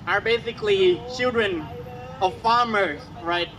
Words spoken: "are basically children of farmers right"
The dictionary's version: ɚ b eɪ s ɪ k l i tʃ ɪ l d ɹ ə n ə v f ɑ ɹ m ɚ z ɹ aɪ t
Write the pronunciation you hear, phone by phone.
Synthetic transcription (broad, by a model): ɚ b eɪ s ɪ k l i tʃ ɪ l d ɹ ə n ə v f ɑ ɹ m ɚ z ɹ aɪ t